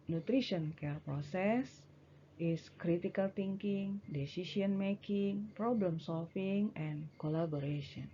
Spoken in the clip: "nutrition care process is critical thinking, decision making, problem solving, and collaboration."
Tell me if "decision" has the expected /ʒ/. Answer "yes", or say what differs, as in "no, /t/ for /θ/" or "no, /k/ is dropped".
no, /s/ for /ʒ/